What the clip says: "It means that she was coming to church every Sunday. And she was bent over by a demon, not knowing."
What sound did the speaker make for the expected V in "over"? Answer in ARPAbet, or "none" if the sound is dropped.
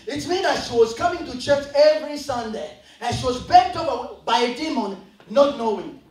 P